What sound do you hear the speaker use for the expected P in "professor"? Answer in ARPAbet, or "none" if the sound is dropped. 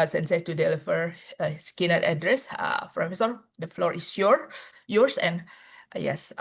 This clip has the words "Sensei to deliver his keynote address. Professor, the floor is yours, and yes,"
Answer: F